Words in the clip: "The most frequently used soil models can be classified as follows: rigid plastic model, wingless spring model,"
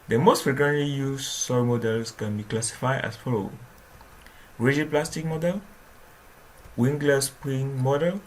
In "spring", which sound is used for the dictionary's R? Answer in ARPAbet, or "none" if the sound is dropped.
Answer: none